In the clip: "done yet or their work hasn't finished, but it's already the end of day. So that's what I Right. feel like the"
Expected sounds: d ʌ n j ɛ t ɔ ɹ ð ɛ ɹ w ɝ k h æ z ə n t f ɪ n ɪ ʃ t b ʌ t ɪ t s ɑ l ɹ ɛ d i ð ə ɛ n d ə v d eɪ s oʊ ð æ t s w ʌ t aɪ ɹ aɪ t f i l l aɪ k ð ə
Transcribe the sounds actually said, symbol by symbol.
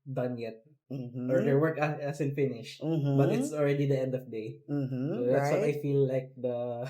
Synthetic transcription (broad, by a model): d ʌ n j ɛ t ɔ ɹ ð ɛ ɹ w ɝ k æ s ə n f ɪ n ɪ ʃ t b ʌ t ɪ t s ɑ l ɹ ɛ d i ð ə ɛ n d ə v d eɪ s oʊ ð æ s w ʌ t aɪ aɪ f i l l aɪ k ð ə